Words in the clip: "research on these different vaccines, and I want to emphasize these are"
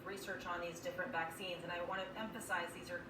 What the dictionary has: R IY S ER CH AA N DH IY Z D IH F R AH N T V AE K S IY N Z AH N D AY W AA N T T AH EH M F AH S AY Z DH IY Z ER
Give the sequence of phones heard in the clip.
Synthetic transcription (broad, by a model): R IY S ER CH N DH IY Z D IH F R AH N T V AE K S IY N Z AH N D AY W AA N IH T EH M F AH S AY Z DH IY Z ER